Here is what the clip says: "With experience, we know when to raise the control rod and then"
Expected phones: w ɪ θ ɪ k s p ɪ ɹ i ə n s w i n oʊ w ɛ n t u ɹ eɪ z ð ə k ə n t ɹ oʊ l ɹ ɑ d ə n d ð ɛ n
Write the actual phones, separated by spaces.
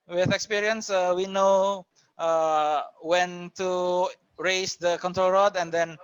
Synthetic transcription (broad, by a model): w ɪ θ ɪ k s p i ɹ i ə n s w i n oʊ w ɛ n t u ɹ eɪ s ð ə k ə n t ɹ oʊ l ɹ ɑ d ə n d ɛ n